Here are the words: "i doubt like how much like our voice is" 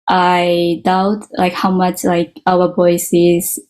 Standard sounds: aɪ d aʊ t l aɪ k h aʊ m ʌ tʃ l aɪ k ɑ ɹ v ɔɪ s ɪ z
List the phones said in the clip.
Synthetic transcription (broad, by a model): aɪ d aʊ t l aɪ k h aʊ m ʌ tʃ l aɪ k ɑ w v ɔɪ s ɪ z